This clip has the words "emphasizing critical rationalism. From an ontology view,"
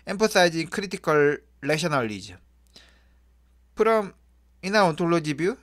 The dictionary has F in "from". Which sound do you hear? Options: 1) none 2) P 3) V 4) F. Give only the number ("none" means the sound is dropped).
2